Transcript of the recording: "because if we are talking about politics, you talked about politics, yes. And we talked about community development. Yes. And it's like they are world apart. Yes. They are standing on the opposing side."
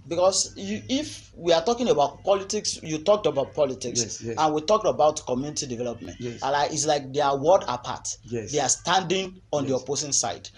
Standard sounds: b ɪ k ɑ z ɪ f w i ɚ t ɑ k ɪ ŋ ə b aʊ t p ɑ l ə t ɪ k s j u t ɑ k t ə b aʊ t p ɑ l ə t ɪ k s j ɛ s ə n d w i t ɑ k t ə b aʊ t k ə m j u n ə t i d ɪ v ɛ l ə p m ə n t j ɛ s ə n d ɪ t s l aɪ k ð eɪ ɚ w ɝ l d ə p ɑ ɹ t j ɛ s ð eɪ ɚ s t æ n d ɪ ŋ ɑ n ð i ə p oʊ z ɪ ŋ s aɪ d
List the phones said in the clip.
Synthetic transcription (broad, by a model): b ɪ k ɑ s ɪ f w i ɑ t ɑ k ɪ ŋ ə b aʊ t p ɑ l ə t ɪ k s j u t ɑ k t ə b aʊ t p ɑ l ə t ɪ k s s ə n w i t ɑ k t ə b aʊ t k ə m j u n ə t i d ɪ v ɛ l ə p m ə n t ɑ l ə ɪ ɪ t s l aɪ k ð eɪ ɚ w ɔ d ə p ɑ t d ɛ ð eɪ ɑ s t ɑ n d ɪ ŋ ɑ n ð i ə p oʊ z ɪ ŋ s aɪ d